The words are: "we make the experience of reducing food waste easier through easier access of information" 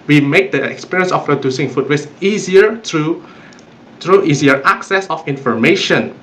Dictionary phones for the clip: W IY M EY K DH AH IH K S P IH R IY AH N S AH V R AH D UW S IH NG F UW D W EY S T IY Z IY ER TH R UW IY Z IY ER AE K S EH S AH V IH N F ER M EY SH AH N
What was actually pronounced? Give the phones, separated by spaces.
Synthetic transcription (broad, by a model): W IY M EY K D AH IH K S P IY R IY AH N S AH P R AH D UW S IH NG F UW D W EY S IY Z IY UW T R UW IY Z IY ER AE K S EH S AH F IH N F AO M EY SH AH N